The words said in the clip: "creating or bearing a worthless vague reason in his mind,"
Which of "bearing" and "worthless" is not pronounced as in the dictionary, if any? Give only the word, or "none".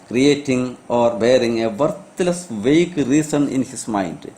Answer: worthless